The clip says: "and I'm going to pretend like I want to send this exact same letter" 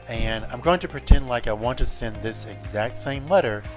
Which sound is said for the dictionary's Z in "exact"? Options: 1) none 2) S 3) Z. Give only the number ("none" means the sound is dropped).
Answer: 3